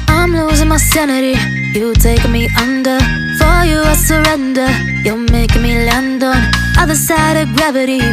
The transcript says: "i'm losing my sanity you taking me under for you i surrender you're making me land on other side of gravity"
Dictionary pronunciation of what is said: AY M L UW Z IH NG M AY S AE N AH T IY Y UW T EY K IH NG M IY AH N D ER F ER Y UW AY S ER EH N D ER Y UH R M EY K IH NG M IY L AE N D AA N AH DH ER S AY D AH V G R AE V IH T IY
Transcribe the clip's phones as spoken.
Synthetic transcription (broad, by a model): AY M L UW Z IH NG M AY S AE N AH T IY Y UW T EY IH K M IY AH N D ER F ER Y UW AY S ER EH N D ER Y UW L M EY IH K M IY L AE N D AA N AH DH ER S AY D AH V G R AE V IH T IY